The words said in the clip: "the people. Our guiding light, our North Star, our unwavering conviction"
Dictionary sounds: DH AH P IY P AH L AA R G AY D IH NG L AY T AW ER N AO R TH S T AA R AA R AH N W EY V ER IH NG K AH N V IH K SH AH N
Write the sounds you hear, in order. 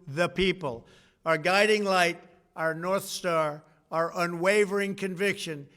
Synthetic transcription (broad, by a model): DH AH P IY P AH L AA R G AY D IH NG L AY T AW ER N AO R TH S T AA R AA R AH N W EY V ER IH NG K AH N V IH K SH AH N